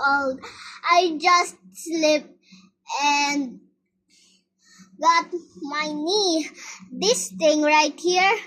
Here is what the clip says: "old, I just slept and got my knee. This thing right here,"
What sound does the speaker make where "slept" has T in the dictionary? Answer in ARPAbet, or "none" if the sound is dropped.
none